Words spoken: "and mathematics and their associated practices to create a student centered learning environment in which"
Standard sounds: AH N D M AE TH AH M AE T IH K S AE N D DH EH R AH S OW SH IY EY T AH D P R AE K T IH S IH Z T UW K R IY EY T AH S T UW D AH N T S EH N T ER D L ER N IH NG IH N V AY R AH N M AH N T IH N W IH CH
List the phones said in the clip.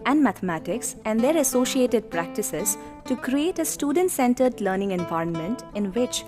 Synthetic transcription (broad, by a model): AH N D M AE T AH M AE T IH K S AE N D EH R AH S OW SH IY EY T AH D P R AE K T IH S IH Z T UW K R IY EY T AH S T UW D AH N T S EH N T ER D L ER N IH NG IH N V AY R AH N M AH N T IH N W IH CH